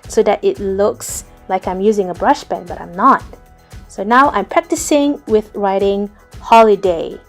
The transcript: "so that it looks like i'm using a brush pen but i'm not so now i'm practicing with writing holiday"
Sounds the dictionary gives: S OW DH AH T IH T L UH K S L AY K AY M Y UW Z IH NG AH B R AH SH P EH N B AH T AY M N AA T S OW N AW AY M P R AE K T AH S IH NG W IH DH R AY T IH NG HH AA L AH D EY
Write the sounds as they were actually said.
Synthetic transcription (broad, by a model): S OW DH AH T IH T L UH K S L AY K AY M Y UW Z IH NG AH B R AH SH B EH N B AH T AY M N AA T S OW N AW AY M P R AE K T AH S IH NG W IH DH R AY T IH NG HH AA L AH D EY